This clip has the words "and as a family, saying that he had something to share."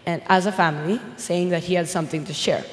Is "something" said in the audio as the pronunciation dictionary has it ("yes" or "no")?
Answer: yes